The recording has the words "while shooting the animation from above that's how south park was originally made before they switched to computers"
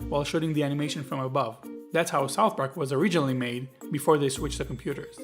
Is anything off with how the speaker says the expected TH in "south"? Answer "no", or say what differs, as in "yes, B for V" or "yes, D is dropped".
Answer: no